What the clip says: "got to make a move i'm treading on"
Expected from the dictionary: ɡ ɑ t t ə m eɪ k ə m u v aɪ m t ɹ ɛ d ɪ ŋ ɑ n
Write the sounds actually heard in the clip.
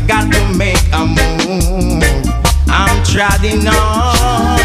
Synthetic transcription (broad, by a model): ɡ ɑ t t ə m eɪ k ə m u aɪ m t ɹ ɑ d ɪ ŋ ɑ